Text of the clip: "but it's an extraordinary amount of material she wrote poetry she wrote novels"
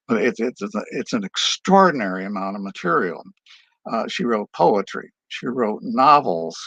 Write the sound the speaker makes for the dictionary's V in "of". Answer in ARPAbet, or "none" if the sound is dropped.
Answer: V